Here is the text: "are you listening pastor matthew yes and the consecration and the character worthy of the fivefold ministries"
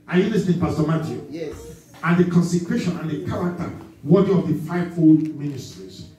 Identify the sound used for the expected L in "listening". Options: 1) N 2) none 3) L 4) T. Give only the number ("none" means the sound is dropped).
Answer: 1